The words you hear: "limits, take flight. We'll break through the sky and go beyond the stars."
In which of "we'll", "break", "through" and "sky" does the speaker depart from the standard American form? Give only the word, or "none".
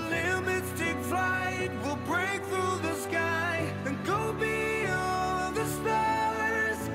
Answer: none